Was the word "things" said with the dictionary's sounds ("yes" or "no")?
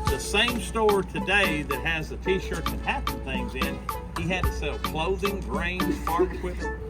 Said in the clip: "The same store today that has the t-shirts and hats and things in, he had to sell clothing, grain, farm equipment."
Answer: yes